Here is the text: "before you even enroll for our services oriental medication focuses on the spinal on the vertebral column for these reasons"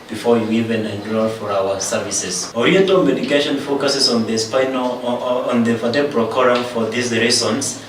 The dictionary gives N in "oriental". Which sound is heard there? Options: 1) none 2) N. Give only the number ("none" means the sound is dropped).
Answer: 1